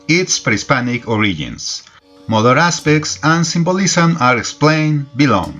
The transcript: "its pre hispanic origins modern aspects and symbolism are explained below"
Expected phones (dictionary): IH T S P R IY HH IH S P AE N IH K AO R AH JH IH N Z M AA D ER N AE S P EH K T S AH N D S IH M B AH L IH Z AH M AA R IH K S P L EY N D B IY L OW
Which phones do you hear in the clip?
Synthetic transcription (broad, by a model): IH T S P R IY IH S P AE N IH K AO R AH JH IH N S M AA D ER AE S P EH K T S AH N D S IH M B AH L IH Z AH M AA R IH K S P L EY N B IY L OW